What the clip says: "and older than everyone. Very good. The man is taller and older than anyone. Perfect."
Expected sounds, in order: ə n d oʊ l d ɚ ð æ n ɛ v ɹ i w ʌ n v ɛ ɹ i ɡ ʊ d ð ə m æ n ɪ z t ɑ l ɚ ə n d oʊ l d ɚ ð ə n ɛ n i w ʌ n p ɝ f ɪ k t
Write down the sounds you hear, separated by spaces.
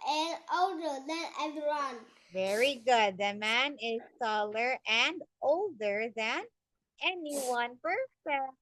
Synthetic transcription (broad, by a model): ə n oʊ l d ɚ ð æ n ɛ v i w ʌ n v ɛ ɹ i ɡ ʊ d ð ə m æ n ɪ z s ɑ l ɚ ə n d oʊ l d ɚ ð ə n ɛ n i w ʌ n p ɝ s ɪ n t